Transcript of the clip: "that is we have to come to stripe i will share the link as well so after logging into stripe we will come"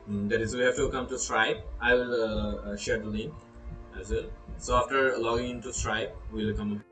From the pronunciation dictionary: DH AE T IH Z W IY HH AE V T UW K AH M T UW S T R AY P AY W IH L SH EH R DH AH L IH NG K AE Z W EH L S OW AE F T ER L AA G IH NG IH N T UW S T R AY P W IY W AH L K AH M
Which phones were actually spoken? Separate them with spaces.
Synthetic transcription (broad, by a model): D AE T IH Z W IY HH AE F T UW K AH M T UW S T R AY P AY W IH L SH EH R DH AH L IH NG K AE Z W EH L S OW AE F T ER L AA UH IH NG IH N T UW S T R AY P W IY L K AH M